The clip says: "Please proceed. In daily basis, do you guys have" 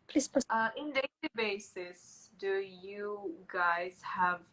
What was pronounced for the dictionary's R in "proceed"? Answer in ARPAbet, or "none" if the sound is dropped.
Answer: none